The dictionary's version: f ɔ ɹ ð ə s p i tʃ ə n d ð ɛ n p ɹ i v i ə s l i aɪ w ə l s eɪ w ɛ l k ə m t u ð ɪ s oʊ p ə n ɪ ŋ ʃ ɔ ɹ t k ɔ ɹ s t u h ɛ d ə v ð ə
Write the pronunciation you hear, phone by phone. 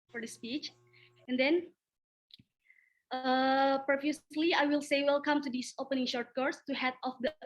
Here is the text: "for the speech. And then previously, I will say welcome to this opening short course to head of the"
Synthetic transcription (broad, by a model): f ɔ ɹ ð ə s p i tʃ ə n d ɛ n p ɹ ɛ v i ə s l i aɪ w ə l s eɪ w ɛ l k ə m t u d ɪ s oʊ p ə n ɪ ŋ ʃ ɔ ɹ t k ɔ ɹ s t u h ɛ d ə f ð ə